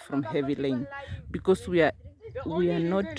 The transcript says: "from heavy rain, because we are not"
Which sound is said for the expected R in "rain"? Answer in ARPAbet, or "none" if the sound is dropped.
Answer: L